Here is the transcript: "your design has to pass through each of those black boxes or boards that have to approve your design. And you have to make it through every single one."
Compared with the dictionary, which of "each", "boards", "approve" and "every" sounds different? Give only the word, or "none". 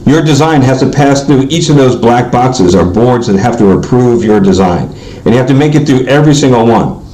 none